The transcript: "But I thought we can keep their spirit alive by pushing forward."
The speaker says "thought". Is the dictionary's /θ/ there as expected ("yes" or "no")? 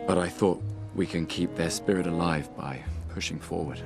yes